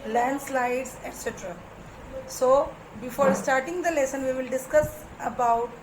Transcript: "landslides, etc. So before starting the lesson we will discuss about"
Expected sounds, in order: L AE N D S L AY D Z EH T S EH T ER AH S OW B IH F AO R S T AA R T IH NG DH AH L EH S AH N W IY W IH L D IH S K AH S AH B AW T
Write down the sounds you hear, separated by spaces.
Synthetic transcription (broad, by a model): L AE N D S L AY D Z EH T S EH T ER AH S OW B IH F AO R S T AA R T IH NG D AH L EH S AH N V IY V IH L D IH S K AH S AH B AW T